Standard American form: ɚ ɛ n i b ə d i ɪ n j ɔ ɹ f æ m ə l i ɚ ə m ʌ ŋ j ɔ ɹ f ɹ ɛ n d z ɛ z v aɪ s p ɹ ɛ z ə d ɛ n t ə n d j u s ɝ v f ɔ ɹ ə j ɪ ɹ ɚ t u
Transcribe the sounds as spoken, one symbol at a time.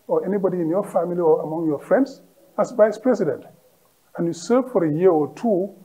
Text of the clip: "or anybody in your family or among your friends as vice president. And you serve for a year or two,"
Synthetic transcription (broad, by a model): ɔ ɛ n i b ə d i ɪ n j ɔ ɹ f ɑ m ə l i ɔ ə m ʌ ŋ j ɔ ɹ f ɹ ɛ n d s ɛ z v aɪ s p ɹ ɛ s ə d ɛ n t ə n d j u s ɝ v f ɔ ɹ ə j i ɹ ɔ t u